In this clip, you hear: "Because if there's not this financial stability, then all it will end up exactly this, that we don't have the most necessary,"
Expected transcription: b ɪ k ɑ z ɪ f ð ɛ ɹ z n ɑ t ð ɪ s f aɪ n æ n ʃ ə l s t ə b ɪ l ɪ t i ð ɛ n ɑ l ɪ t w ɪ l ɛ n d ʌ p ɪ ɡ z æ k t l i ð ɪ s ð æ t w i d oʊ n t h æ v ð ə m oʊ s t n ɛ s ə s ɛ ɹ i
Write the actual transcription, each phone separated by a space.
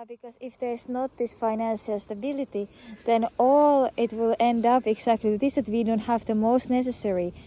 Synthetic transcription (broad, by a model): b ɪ k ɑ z ɪ f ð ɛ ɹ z n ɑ t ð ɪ s f aɪ n æ n ʃ ə l s t ə b ɪ l ɪ t i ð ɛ n ɑ l ɪ t w ɪ l ɛ n d ʌ p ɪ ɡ s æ k t l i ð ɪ s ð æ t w i d oʊ n t h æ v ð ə m oʊ s t n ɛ s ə s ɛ ɹ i